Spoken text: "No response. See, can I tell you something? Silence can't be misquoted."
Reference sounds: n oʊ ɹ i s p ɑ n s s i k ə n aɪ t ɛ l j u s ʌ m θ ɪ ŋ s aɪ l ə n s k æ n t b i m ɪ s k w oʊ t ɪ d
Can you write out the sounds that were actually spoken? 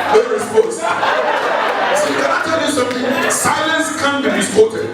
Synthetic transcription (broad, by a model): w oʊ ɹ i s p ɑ s s i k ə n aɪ t ɛ l j u s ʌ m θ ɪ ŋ s aɪ l ə n s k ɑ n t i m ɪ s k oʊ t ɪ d